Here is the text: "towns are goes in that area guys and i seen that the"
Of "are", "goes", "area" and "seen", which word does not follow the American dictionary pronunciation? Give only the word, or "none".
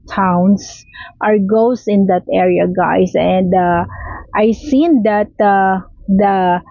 goes